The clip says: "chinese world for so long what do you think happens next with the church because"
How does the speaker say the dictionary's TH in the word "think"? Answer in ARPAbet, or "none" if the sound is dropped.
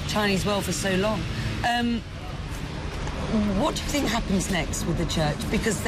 TH